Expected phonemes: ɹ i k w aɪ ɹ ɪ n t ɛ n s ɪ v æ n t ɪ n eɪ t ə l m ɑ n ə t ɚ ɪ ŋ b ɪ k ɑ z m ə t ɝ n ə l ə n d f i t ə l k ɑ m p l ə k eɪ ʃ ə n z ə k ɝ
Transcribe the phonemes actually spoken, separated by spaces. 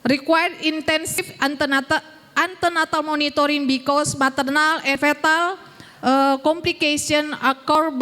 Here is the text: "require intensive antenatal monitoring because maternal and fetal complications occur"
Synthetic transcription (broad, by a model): ɹ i k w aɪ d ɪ n t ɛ n s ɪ f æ n t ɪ n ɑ t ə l m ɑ n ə t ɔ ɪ ŋ b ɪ k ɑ s m ə t ɝ n ə l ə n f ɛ t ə l k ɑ m p l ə k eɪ s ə n ə k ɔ